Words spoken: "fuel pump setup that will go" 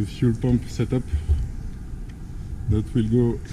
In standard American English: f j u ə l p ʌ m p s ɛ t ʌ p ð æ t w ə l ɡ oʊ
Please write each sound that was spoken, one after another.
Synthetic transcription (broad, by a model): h j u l p ʌ m p s ɛ t ʌ p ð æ t w ə l ɡ oʊ